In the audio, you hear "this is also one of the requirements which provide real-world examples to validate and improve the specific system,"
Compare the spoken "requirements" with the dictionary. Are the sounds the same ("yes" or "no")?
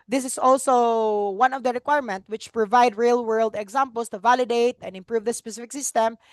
no